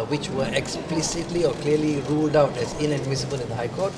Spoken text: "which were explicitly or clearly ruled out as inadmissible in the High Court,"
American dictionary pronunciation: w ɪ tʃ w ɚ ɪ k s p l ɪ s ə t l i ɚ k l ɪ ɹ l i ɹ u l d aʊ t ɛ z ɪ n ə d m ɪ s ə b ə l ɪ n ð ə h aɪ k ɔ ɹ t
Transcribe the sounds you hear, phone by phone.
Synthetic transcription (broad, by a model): w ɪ tʃ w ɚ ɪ k s p l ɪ s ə t l i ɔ k l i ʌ l i ɹ u l d aʊ t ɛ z ɪ n ə d m ɪ s ə b ə l ɪ n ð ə h aɪ k ɔ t